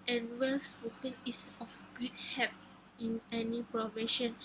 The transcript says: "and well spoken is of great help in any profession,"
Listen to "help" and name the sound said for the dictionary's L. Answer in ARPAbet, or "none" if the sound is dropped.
none